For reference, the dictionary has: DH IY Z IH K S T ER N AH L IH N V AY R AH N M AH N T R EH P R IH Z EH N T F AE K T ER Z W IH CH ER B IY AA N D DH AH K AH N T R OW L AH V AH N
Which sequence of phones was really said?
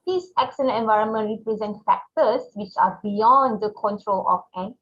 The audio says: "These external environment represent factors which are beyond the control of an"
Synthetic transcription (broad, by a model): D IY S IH K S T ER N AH N IH N V AY R AH N M AH N T R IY P R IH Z EH N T F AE K T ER S W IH CH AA B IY AA N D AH K AH N T R OW L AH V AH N